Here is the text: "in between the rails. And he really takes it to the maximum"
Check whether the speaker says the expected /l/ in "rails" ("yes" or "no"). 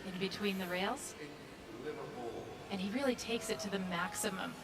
yes